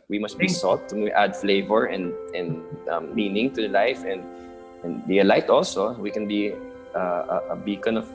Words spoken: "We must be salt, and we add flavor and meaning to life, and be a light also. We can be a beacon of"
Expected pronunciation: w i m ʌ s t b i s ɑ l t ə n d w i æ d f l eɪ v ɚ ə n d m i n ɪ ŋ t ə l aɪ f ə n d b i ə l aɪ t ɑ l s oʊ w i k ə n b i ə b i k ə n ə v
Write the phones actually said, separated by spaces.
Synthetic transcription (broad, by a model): w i m ʌ s t b i s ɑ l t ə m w æ d f l eɪ v ɚ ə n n m i n ɪ ŋ t ə l aɪ f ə n d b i ə l aɪ t ɑ l s oʊ w i k ə n b i ə b i k ə n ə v